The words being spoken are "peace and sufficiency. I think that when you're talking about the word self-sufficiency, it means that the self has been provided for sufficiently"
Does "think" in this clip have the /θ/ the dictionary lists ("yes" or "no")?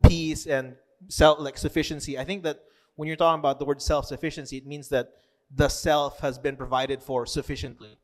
yes